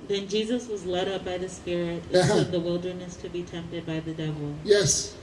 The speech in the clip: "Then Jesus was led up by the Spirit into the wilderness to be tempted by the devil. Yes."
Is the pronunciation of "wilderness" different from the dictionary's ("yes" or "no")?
no